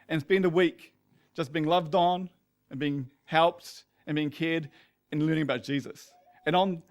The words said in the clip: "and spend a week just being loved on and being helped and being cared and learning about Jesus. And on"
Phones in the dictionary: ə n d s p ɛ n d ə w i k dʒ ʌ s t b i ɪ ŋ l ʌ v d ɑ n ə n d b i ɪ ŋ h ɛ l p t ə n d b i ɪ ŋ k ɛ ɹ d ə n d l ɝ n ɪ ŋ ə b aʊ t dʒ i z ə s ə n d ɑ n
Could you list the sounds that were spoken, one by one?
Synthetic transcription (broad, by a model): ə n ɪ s b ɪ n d ə w i k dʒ ʌ s b i ɪ ŋ l ʌ v d n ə n b i ɪ ŋ h ɛ l p t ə n b i ɪ ŋ k ɛ ɹ d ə n l ɝ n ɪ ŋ ə b aʊ t dʒ i z ə s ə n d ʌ n